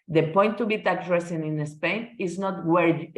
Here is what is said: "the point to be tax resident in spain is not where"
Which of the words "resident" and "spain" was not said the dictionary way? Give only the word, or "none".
resident